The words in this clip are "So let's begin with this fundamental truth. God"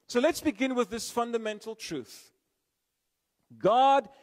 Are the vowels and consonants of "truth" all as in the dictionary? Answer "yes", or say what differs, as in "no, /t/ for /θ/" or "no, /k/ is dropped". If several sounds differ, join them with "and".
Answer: yes